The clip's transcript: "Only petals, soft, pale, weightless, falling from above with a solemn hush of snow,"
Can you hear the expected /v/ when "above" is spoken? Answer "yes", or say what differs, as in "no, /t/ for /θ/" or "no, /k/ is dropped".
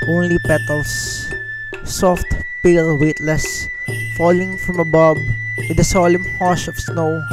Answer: no, /b/ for /v/